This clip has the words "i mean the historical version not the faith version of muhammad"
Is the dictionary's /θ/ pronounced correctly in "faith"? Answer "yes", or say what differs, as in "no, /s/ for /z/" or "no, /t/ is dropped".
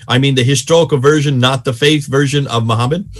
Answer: yes